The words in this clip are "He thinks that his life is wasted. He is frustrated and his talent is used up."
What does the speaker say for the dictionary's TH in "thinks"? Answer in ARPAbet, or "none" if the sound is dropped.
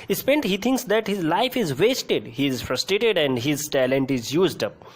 T